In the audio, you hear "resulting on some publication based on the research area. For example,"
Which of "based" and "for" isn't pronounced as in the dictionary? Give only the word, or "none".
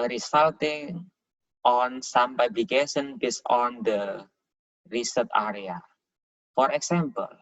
based